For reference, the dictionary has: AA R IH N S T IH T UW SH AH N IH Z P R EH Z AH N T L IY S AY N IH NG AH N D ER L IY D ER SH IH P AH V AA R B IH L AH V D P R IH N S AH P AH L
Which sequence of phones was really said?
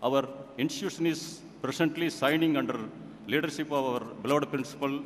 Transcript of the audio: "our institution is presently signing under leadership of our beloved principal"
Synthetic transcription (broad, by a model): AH R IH N S T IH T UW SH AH N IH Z P R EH S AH N T L IY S AY N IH NG AH N D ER L IY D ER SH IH P AH V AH R B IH L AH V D P R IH N S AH P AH L